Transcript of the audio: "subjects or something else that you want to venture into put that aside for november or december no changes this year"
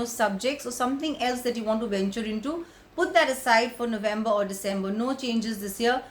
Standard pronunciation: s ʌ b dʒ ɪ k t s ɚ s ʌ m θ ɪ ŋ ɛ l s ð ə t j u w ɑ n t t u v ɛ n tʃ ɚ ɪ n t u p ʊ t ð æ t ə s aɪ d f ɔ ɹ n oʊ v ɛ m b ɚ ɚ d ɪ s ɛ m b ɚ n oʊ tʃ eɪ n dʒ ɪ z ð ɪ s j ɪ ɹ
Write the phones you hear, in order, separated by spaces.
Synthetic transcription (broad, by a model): s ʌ b dʒ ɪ k t s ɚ s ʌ m t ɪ ŋ ɛ l s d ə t j u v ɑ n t t u v ɛ n tʃ ɚ ɪ n t u p ʊ t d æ t ə s aɪ d f ɔ ɹ n oʊ v ɛ m b ɚ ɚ d ɪ s ɛ m b ɚ n oʊ tʃ eɪ n dʒ ɪ z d ɪ s j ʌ ɹ